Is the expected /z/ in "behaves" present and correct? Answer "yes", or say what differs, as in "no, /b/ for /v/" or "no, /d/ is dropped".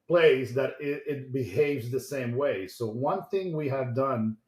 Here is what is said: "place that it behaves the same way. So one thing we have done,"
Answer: yes